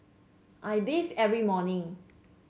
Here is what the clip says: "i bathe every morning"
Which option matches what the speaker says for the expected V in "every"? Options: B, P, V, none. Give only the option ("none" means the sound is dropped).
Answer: V